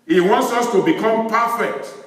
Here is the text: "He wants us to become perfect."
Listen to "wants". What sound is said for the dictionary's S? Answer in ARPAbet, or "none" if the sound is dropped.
S